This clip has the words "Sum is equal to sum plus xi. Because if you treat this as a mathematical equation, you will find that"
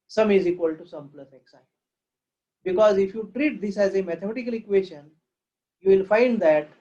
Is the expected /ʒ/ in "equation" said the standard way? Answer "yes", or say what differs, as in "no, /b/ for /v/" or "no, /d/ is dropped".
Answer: no, /ʃ/ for /ʒ/